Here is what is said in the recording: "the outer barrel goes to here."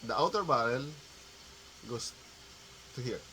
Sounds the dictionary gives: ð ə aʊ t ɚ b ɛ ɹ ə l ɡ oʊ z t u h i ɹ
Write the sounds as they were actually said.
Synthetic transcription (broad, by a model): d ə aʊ t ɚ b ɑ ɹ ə l ɡ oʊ s t u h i ɹ